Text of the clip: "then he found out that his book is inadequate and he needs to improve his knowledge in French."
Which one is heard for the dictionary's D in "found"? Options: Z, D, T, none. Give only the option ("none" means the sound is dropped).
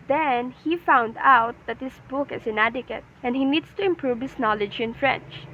D